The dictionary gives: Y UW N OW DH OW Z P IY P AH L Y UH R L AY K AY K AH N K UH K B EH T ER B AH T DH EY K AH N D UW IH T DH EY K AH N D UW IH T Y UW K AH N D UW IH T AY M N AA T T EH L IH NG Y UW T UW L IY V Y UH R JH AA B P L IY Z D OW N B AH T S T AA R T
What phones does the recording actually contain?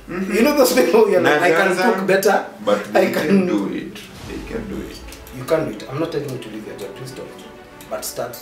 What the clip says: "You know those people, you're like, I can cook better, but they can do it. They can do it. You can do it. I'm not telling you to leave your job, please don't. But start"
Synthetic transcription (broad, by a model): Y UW N OW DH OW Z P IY AH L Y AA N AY AY K AH N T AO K B EH T ER B AH T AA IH K AH N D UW IH T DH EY K AH N D UW IH T Y UW K AH N D UW IH T AY M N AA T T EH L IH NG Y UW T UW L IY V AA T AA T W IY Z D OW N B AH T S T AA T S